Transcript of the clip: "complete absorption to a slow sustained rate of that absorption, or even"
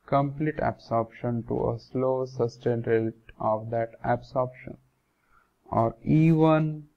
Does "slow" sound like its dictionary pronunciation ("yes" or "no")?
yes